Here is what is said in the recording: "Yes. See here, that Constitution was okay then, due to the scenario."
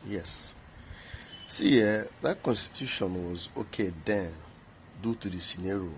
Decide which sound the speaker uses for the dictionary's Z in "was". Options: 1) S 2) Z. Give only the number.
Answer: 2